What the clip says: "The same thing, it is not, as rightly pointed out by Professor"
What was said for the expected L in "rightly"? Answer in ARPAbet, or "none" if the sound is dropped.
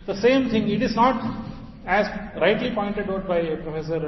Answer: L